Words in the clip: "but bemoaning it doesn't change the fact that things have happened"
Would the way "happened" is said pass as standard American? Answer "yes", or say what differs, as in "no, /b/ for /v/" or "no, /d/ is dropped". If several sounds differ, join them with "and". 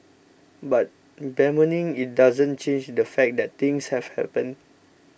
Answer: no, /d/ is dropped